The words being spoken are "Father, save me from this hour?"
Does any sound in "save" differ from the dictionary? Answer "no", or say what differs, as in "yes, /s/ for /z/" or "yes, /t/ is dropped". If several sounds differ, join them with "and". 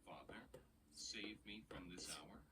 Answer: no